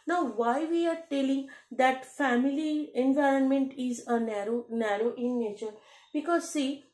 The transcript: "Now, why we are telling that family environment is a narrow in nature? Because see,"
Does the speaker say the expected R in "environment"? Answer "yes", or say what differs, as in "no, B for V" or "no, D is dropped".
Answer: yes